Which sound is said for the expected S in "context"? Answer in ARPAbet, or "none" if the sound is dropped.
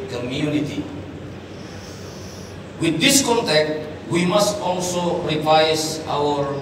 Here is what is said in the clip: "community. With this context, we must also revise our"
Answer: none